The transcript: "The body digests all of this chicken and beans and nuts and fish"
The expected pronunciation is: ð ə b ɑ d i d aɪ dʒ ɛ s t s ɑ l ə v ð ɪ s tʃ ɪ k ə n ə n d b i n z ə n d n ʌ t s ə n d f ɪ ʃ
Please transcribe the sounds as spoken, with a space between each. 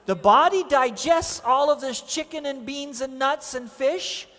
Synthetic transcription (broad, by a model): ð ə b ɑ d i d aɪ dʒ ɛ s t s ɑ l ə v ð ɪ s tʃ ɪ k ə n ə n b i n z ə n n ʌ t s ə n f ɪ ʃ